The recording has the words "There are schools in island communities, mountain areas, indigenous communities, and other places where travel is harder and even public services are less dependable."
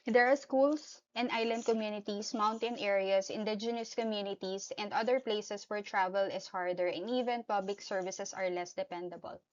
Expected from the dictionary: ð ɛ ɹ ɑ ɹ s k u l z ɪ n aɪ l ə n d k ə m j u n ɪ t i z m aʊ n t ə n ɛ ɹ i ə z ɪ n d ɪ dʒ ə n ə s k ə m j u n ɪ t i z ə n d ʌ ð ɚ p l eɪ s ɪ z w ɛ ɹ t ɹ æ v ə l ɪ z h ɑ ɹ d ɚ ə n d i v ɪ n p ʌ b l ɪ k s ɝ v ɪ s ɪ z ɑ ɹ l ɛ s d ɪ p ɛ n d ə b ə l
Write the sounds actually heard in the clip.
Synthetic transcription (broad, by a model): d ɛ ɹ ɑ ɹ s k u l s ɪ n aɪ l ə n d k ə m j u n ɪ t i s m aʊ n t ə n ɛ ɹ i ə s ɪ n d ɪ dʒ ə n ə s k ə m j u n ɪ t i s ə n d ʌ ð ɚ p l eɪ s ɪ s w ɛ ɹ t ɹ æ v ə l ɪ s h ɑ ɹ d ɚ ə n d i v ɪ n p ʌ b l ɪ k s ɝ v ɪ s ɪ s ɑ ɹ l ɛ s d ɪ p ɛ n d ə b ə l